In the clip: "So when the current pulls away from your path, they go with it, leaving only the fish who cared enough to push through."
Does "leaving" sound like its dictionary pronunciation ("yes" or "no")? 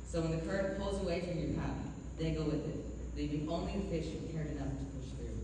no